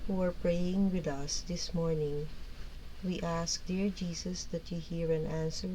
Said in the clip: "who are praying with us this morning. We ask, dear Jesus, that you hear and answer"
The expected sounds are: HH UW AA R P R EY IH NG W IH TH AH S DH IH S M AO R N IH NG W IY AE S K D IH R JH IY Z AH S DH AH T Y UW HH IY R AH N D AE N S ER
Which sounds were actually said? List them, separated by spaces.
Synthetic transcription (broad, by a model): HH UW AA R P R EY IH NG W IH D AH S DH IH S M AO R N IH NG W IY AE S K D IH R JH IY S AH S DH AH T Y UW HH IY R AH N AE N S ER